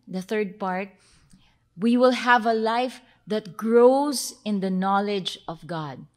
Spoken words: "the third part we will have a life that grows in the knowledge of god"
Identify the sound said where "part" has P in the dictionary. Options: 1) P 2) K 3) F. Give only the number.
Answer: 1